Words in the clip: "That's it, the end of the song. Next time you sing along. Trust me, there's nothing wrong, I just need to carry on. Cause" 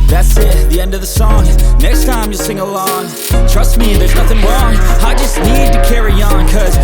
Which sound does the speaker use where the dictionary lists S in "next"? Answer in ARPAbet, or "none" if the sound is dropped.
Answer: S